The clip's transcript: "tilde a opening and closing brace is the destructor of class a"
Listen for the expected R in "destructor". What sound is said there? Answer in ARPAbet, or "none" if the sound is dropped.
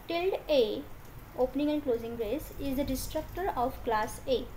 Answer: R